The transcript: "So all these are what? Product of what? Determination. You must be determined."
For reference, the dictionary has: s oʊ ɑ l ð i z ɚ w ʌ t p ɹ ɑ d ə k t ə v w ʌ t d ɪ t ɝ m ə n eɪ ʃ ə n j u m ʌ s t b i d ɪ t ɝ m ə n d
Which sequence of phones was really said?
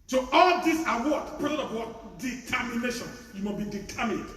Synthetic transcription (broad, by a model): s oʊ ɑ l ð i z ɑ w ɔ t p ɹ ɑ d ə t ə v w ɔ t d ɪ t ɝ m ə n eɪ ʃ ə n j u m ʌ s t b i d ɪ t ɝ m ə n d